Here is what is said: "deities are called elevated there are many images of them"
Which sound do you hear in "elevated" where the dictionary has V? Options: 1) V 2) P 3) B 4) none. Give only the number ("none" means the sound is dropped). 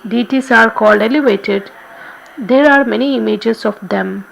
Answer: 1